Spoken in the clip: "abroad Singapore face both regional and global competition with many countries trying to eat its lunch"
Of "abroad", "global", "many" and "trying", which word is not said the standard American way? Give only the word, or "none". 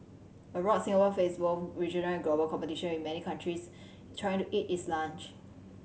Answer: abroad